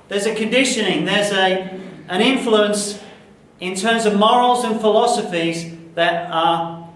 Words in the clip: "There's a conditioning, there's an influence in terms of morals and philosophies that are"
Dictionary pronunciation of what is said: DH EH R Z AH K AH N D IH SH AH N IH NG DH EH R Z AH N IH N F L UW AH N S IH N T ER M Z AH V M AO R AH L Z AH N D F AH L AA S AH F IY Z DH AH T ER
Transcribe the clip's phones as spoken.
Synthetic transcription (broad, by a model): DH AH R Z AH K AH N D IH SH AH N IH NG DH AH R Z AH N IH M F L UW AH N S IH N T ER M Z AH V M AO R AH L Z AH N F AH L AA S AH F IY Z DH AH T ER